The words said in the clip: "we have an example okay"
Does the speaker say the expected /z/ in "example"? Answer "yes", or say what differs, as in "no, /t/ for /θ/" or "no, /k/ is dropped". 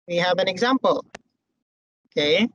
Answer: yes